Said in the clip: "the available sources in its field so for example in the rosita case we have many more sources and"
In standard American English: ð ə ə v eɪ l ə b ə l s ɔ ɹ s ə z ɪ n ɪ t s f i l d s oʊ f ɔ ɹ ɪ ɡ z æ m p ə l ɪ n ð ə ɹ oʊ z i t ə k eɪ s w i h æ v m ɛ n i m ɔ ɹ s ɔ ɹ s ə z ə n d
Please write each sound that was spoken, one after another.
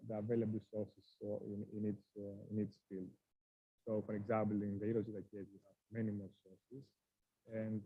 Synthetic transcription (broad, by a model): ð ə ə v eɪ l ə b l s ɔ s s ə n ɪ n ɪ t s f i l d s oʊ f ɔ ɹ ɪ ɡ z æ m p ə l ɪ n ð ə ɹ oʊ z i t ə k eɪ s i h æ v m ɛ n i m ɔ l s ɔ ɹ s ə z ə n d